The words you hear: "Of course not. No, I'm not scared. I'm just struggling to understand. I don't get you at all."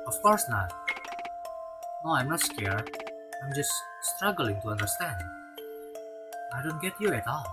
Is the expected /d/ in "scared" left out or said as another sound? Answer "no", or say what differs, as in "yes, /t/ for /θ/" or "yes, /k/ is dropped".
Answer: yes, /d/ is dropped